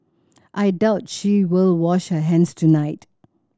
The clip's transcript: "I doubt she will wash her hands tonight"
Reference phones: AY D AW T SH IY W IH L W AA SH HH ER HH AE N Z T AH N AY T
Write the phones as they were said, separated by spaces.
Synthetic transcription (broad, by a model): AY D AW T SH IY W IH L W AA SH HH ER HH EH N S T AH N AY T